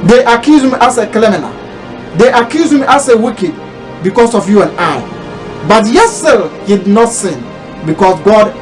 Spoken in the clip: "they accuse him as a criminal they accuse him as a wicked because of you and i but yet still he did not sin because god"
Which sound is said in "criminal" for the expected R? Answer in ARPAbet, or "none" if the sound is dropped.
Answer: L